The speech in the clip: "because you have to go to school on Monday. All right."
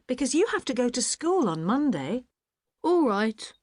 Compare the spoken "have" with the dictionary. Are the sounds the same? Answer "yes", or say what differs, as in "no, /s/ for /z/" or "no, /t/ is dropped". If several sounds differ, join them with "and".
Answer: no, /f/ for /v/